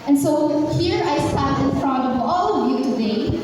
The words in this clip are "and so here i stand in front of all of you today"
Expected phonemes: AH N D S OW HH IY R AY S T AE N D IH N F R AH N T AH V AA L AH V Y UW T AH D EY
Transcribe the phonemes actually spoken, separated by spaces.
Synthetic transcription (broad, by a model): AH N S OW HH IY R AY S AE D IH N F R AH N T AH V AA L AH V Y UW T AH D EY